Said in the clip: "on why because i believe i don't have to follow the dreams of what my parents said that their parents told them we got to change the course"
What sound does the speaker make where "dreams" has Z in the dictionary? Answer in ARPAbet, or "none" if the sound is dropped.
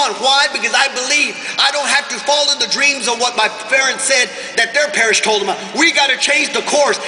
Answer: Z